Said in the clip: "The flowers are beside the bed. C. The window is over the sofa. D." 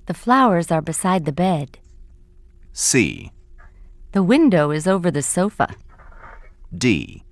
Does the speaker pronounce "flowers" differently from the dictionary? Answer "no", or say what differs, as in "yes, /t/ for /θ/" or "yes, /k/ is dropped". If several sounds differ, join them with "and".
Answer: no